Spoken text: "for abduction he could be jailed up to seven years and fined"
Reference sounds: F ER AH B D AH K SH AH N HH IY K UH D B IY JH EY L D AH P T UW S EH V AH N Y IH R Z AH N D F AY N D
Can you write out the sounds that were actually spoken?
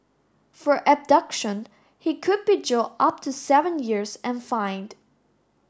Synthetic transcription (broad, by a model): F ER AH B D AH K SH AH N HH IY K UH D B IY JH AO AH P T UW S EH V AH N Y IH R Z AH N F AY N D